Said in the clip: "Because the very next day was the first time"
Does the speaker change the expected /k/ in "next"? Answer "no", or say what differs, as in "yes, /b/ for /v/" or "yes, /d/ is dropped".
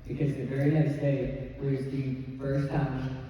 yes, /k/ is dropped